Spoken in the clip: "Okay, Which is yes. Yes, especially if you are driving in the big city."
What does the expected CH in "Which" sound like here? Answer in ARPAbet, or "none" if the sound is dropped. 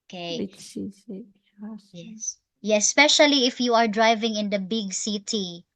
S